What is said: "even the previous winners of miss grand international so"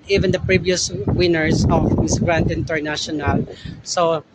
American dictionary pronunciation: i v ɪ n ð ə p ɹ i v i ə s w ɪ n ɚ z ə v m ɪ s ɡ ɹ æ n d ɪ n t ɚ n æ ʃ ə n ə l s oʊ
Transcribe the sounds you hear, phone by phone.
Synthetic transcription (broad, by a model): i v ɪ n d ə p ɹ i v i ə s w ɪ n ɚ s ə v m ɪ s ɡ ɹ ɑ n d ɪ n t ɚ n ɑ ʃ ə n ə l s oʊ